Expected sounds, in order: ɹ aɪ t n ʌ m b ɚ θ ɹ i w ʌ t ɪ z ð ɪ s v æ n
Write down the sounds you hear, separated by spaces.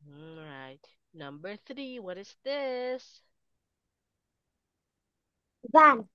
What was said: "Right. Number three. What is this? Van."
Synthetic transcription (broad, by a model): ɹ aɪ t n ʌ m b ɚ θ ɹ i w ʌ t ɪ z ð ɪ s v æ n